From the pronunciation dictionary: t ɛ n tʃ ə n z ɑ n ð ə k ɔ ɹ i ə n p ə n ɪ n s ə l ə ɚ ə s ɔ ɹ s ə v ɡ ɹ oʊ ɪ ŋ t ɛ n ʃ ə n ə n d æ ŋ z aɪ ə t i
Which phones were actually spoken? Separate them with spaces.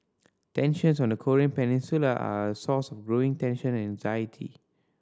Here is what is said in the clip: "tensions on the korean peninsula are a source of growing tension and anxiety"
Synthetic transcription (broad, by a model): t ɛ n ʃ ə n s ɑ n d ə k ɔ ɹ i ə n p ə n ɪ n s ə l ə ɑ ə s ɔ s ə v ɡ ɹ oʊ ɪ ŋ t ɛ n ʃ ə n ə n æ ŋ z aɪ ə t i